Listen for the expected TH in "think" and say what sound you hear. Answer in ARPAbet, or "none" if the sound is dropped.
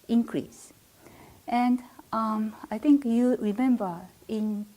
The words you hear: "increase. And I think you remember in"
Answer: T